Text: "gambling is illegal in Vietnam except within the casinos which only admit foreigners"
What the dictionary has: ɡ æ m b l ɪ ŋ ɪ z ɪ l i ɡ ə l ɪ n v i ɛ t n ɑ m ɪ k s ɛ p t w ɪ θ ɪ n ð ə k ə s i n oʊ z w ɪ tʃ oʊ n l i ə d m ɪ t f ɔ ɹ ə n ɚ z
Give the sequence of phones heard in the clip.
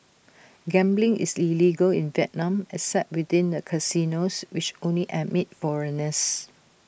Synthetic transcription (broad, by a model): ɡ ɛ m b l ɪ ŋ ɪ s ɪ l i ɡ ə l ɪ n v i ɛ t n ɑ m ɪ s ɛ t w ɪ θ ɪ n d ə k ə s i n oʊ s w ɪ tʃ oʊ n l i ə m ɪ t f ɔ ɹ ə n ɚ s